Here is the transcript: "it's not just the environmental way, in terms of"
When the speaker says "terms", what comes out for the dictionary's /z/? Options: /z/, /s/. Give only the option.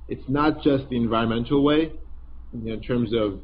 /z/